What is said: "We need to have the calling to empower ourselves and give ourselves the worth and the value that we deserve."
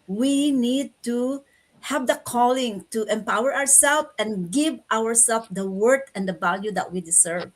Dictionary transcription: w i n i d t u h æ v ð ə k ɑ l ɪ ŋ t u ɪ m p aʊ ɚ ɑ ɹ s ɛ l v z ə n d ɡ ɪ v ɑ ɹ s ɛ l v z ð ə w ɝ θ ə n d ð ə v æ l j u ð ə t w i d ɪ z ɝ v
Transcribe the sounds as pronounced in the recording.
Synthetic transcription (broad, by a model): w i n i d t u h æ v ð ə k ɑ l ɪ ŋ t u ɪ m p aʊ ɚ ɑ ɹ s ɛ l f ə n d ɡ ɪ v ɑ ɹ s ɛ l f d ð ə w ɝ t ə n d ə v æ l j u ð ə t w i d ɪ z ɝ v